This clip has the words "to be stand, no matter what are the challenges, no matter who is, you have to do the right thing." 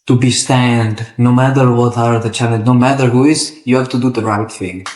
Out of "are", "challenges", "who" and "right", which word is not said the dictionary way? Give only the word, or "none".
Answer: challenges